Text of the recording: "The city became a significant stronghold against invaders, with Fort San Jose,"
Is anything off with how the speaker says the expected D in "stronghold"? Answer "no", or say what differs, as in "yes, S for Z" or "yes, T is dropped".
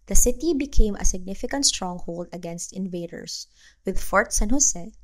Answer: no